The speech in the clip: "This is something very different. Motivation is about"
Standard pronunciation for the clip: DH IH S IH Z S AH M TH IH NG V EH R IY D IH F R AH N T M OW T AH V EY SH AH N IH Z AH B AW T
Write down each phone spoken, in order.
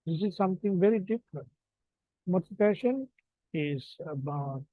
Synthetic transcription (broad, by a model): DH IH S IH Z S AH M T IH NG V EH R IY D IH F R AH N T M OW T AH P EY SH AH N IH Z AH B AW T